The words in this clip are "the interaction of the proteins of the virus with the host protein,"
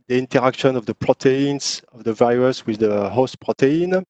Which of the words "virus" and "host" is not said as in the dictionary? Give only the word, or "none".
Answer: none